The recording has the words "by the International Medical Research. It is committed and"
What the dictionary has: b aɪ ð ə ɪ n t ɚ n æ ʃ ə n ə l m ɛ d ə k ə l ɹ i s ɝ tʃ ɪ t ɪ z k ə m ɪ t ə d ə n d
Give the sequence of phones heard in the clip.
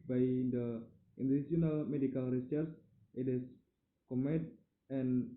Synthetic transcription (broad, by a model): b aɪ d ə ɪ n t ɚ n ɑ s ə n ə l m ɛ d ə k ə l ɹ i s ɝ s ɪ t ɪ s k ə m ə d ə n